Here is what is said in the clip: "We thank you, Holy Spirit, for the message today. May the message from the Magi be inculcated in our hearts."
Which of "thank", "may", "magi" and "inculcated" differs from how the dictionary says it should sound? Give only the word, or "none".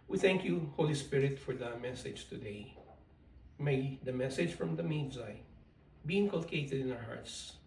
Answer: magi